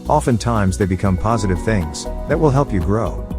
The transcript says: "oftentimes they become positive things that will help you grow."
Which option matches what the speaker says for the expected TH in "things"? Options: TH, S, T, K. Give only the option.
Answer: TH